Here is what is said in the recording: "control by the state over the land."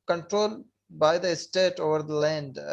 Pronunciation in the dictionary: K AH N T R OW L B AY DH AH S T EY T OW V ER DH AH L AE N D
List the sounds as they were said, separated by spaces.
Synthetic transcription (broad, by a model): K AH N T R OW L B AY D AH S T EY T OW V ER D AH L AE N D